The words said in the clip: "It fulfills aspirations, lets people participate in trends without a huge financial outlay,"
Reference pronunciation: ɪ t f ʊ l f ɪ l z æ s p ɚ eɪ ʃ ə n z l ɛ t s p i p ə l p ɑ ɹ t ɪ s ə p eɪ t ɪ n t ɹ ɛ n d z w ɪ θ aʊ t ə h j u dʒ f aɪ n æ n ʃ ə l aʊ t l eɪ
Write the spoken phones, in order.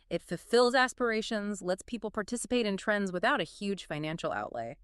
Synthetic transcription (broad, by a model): ɪ t f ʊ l f ɪ l z æ s p ɚ eɪ ʃ ə n z l ɛ t s p i p l p ɑ ɹ t ɪ s ə p eɪ t ɪ n t ɹ ɛ n d z w ɪ θ aʊ t ə h j u dʒ f aɪ n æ n ʃ l aʊ t l eɪ